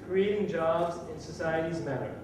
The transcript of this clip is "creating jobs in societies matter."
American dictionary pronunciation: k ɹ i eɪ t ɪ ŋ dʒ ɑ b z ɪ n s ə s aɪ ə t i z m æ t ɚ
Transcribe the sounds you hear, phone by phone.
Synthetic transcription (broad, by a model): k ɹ i eɪ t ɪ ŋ dʒ ɑ b z ɪ n s ə s aɪ ə t i z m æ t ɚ